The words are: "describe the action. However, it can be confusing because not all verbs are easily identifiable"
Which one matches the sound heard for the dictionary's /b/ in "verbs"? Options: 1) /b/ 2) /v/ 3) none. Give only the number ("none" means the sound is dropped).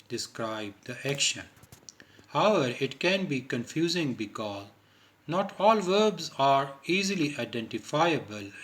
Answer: 1